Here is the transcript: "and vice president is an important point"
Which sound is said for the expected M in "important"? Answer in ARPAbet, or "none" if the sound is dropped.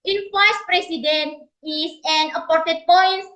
none